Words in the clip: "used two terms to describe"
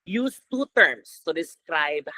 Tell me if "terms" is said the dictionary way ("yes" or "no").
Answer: no